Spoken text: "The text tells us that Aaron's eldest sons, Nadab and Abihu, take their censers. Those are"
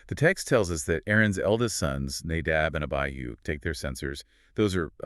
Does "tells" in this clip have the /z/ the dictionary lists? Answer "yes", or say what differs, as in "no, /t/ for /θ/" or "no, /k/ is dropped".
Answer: yes